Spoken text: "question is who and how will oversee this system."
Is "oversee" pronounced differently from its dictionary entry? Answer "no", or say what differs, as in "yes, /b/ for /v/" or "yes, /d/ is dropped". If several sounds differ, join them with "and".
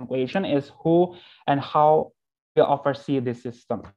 yes, /f/ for /v/